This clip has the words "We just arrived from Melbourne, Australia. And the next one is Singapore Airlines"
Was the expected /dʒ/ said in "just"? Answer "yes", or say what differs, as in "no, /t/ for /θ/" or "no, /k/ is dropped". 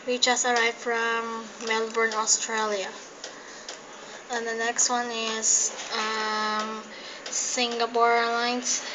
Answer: no, /tʃ/ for /dʒ/